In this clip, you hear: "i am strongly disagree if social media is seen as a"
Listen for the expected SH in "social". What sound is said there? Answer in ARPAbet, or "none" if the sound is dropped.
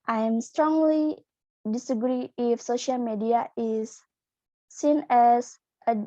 SH